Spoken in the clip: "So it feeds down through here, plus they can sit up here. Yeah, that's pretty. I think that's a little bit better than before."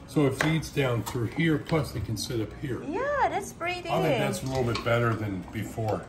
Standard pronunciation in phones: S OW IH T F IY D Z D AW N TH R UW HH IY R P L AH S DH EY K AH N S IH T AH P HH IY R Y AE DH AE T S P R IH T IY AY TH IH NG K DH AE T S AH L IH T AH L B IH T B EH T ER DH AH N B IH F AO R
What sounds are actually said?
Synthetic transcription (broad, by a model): S OW IH T F IY D Z D AW N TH R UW HH IY R P L AH S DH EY K AH N S IH T AH P HH IY R Y AE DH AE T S B R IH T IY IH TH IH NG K DH AE T S AH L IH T L B IH T B EH T ER DH AH N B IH F AO R